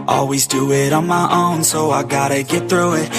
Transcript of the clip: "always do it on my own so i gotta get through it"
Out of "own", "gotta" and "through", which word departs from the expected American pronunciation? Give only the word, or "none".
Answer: none